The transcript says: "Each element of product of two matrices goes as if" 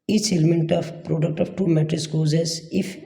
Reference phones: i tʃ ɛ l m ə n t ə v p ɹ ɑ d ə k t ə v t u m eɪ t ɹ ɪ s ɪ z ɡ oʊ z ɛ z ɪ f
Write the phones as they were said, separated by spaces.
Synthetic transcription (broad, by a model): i tʃ ɛ l m ə n t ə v p ɹ ɑ d ə k t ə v t u m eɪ t ɪ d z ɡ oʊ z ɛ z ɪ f